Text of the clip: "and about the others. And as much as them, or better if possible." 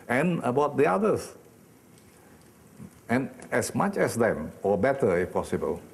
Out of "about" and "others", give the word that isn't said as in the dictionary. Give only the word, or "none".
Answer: others